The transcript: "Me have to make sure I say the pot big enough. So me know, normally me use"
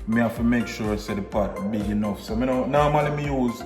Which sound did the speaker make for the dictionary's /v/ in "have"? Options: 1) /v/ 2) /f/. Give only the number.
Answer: 2